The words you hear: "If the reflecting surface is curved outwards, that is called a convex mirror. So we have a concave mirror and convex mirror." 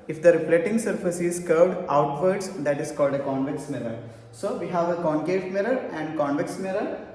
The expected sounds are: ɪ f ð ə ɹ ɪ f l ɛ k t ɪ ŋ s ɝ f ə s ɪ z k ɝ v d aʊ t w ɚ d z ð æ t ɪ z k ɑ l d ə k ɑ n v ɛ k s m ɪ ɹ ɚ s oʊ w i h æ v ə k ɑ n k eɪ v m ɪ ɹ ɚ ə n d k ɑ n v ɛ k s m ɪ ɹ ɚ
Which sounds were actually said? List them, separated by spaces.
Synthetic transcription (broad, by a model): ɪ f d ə ɹ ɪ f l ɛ t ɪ ŋ s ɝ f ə s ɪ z k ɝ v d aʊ t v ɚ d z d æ t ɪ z k ɑ l d ə k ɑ n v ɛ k s m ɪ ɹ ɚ s oʊ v i h æ v ə k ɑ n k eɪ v m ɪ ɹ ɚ ə n d k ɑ n v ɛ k s m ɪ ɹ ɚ